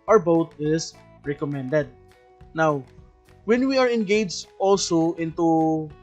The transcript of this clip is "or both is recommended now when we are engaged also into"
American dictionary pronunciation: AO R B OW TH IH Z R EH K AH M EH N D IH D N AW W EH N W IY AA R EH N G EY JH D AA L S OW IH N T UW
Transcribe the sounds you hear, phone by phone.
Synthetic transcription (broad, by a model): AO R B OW T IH S R EH K AH M EH N D IH D N AW W EH N W IY AA R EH N G EY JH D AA L S OW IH N T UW